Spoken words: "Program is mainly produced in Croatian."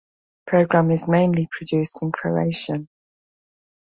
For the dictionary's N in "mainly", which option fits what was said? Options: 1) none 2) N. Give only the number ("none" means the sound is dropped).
2